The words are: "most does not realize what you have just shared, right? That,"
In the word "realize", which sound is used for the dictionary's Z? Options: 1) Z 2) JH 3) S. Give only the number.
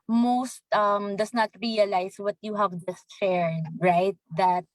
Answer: 3